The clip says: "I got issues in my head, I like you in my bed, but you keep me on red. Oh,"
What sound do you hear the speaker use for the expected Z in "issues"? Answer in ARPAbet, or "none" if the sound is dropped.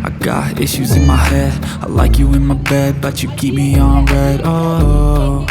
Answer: Z